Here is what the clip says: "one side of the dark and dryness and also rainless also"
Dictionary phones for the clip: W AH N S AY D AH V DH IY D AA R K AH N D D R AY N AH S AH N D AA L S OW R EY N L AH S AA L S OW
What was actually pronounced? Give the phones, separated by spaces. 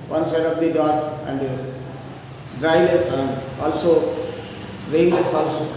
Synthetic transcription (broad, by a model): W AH N S AY D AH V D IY D AA R K AH N D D R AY L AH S AH N D AA L S OW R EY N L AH S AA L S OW